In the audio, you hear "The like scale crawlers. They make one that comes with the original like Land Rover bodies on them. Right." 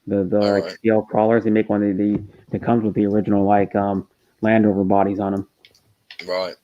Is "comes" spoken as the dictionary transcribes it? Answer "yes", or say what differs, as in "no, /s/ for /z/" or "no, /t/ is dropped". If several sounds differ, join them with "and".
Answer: yes